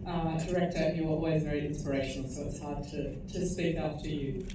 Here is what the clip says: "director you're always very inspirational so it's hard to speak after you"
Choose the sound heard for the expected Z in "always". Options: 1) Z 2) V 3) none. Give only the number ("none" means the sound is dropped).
1